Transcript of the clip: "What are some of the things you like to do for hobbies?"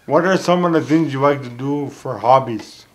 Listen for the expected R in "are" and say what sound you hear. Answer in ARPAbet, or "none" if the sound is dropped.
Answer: R